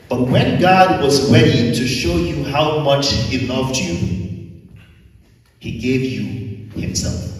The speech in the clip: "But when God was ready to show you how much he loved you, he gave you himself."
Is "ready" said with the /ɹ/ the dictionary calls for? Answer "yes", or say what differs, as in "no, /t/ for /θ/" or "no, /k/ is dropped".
no, /w/ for /ɹ/